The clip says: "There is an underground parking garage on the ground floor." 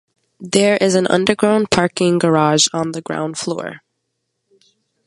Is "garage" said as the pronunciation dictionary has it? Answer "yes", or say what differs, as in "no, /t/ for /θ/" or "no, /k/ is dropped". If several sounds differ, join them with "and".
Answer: yes